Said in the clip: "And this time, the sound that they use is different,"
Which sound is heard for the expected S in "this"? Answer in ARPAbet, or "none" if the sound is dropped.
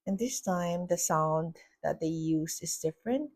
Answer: S